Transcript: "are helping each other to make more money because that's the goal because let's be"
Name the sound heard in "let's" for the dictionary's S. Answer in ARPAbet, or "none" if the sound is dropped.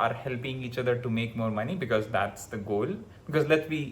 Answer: none